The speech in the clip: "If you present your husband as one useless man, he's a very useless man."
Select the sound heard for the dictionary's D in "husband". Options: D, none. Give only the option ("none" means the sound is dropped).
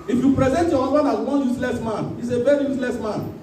none